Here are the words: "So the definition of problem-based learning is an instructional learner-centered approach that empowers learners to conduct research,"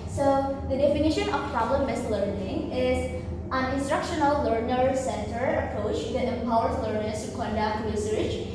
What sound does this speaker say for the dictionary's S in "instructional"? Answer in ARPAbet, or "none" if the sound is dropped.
S